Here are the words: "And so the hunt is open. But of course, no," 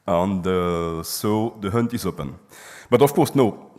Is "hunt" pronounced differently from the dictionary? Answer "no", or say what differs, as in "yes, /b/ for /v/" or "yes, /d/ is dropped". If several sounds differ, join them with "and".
no